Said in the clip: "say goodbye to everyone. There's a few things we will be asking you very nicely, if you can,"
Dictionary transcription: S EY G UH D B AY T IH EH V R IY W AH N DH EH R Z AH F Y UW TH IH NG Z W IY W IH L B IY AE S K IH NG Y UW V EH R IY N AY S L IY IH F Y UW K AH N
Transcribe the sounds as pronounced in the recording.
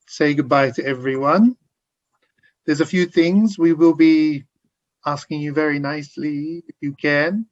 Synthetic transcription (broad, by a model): S EY G UH D B AY T IH EH V R IY W AH N DH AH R Z AH F Y UW TH IH NG Z W IY W IH L B IY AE S K IH NG Y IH V EH R IY N AY S L IY IH F Y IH K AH N